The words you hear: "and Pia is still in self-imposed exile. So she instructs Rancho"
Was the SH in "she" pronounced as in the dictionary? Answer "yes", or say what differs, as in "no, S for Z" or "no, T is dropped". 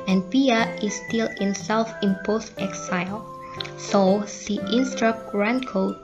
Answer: no, S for SH